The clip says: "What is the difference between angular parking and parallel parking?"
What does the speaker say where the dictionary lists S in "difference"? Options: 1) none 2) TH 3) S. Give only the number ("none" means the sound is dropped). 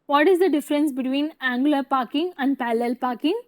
3